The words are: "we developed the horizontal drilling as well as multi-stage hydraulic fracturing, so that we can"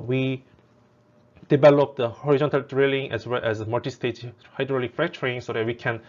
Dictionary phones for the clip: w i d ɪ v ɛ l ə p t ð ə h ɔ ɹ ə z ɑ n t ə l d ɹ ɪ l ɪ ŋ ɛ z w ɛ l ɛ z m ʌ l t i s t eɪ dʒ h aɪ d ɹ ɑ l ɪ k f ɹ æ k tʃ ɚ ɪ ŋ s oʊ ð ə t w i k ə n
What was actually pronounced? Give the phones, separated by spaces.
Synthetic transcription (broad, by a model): w i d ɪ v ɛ l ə p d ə h ɔ ɹ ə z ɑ n t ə l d ɹ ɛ l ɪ ŋ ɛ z w ɛ l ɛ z m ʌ t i s t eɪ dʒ h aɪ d ɹ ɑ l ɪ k f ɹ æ k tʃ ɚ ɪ ŋ s oʊ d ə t w i k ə n